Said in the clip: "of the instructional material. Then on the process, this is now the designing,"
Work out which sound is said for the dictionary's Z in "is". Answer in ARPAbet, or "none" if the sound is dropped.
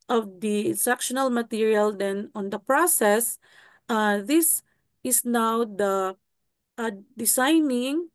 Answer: S